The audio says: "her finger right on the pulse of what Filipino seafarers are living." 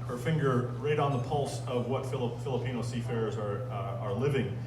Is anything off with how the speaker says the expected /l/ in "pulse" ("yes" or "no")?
no